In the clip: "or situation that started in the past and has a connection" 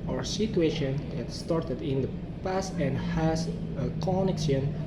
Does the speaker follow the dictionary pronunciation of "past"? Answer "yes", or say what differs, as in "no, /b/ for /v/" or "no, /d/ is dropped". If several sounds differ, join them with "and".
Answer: yes